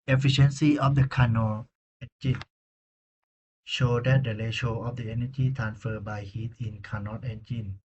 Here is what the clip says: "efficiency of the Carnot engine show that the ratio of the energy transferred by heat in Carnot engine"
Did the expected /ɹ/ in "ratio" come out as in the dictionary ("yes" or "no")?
no